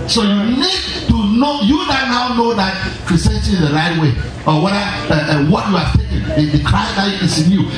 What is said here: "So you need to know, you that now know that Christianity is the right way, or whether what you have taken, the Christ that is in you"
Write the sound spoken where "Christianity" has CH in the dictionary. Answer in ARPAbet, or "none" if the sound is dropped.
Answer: none